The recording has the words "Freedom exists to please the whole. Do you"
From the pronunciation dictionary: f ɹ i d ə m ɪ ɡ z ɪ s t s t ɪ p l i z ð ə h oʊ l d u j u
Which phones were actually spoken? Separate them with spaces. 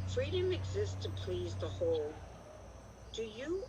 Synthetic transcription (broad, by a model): f ɹ i d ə m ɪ ɡ z ɪ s s t ɪ p l i z ð ə h oʊ l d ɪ j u